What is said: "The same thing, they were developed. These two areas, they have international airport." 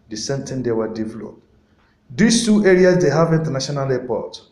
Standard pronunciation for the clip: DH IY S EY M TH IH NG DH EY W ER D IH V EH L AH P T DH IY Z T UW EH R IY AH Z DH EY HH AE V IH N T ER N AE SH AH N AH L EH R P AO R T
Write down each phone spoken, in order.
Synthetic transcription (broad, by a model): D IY S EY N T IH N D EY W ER D IH V EH L AH P T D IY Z T UW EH R IY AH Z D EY HH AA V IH N T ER N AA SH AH N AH L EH P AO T